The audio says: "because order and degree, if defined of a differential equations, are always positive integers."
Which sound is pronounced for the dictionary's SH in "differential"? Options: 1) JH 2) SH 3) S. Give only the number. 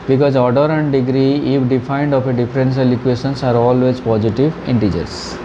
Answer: 3